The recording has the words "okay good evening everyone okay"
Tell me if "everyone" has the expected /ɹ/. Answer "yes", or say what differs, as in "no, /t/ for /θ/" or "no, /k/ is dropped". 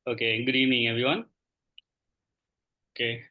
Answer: no, /ɹ/ is dropped